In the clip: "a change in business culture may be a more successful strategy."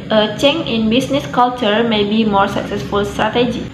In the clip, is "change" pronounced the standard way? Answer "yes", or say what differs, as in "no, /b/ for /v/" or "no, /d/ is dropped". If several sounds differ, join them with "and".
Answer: no, /dʒ/ is dropped